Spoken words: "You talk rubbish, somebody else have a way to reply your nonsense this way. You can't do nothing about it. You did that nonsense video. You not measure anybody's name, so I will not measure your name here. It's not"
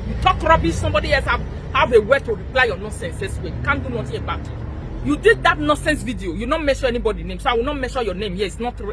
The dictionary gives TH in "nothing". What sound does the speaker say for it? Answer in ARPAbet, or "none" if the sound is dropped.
T